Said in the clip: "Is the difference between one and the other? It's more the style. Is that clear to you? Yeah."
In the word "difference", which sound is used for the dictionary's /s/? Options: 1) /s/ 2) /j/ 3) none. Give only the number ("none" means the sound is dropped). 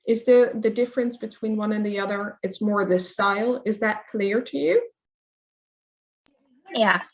1